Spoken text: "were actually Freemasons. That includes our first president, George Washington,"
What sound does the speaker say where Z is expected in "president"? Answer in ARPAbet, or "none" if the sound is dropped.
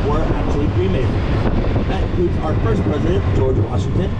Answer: Z